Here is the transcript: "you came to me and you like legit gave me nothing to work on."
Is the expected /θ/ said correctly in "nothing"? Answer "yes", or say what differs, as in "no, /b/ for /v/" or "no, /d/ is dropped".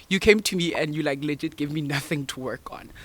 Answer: yes